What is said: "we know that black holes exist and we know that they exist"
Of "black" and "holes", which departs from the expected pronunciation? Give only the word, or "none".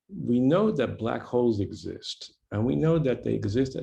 none